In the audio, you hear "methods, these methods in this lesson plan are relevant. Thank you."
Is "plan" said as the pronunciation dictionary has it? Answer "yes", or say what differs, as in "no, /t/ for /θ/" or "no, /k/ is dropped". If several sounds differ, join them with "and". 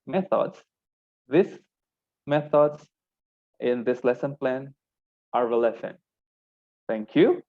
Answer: yes